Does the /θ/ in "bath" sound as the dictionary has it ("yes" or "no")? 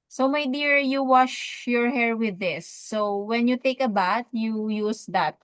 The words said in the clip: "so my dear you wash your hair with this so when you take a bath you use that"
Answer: no